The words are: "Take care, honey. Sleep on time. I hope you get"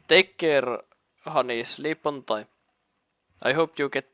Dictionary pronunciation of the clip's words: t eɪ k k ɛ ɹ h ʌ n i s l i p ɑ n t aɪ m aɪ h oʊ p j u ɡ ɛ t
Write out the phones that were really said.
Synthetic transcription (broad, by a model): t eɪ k k ɛ ɹ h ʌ n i s l i p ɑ n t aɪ aɪ h oʊ p j u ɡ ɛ t